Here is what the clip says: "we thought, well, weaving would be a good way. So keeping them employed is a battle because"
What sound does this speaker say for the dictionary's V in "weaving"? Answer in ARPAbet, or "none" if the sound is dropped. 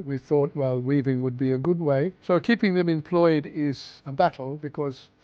V